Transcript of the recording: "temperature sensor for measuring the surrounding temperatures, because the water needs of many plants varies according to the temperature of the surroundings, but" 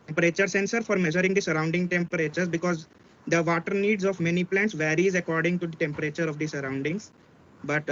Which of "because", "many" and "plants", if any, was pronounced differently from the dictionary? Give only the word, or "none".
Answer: none